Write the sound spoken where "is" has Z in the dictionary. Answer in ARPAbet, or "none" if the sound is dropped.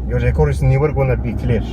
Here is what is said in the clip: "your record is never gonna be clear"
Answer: S